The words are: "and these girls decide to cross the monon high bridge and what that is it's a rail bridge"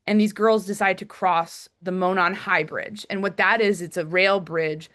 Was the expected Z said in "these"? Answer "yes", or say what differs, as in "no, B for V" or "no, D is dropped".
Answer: yes